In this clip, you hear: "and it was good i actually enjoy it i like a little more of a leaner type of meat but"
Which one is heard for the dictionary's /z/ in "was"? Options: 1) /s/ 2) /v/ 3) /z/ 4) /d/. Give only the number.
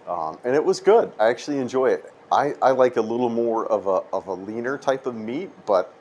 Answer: 3